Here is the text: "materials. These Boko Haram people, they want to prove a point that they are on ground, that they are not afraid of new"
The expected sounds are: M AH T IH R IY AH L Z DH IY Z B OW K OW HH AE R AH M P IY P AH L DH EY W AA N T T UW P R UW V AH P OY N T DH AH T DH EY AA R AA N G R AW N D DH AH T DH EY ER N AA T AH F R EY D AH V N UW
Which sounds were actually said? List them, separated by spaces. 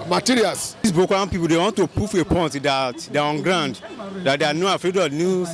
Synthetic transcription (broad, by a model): M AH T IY R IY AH L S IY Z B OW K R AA AH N P IY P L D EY W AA N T T UW P UW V AH P OY N T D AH T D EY AA R AA N G R AW N D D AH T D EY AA N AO AH F R EY D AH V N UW